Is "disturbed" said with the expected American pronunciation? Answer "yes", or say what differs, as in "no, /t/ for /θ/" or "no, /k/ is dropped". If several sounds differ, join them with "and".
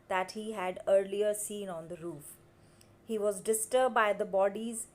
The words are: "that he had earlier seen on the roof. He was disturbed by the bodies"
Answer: no, /b/ is dropped